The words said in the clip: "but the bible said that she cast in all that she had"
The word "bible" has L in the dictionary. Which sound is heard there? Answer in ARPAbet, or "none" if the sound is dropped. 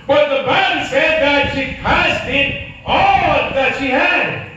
N